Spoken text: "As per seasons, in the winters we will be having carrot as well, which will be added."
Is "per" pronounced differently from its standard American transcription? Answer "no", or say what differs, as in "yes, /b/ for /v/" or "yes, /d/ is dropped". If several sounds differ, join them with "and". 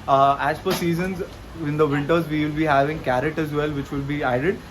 yes, /f/ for /p/